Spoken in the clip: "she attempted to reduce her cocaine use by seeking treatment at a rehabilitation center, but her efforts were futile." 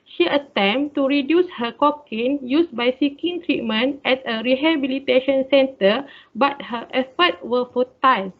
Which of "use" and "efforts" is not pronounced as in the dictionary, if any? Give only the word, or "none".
efforts